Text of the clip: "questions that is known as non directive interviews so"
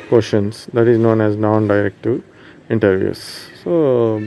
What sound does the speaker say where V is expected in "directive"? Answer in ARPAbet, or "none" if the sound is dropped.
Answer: none